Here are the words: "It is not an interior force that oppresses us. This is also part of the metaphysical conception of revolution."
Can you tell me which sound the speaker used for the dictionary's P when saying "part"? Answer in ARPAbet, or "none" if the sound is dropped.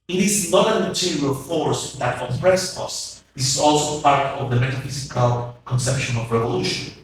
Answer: F